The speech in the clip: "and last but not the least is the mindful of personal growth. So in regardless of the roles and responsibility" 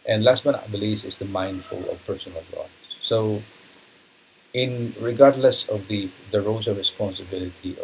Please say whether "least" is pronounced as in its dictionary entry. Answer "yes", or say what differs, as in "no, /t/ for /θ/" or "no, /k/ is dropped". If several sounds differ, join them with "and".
no, /t/ is dropped